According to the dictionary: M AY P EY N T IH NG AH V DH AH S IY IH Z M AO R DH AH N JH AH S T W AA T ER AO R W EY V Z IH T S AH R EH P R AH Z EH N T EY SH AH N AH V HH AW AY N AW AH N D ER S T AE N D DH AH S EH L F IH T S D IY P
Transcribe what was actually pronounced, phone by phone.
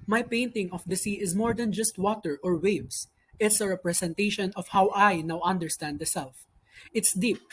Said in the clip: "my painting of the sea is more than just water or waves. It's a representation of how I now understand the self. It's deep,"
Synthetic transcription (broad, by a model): M AY P EY N T IH NG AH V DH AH S IY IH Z M AO R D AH N JH AH S T W AA T ER AO R W EY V S IH T S AH R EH P R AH S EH N T EY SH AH N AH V HH AW AY N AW AH N D ER S T AE N D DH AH S EH L F IH T S D IY P